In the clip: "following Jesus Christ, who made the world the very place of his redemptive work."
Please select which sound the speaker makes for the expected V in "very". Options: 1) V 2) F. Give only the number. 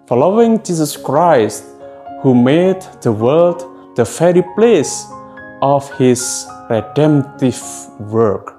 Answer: 2